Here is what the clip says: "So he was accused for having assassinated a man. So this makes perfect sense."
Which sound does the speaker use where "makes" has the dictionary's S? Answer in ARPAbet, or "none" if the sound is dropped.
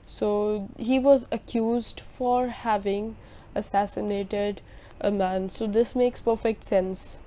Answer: S